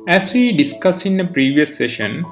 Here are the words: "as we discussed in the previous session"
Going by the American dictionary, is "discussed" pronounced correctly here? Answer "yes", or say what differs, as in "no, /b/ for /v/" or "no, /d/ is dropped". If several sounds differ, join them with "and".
no, /t/ is dropped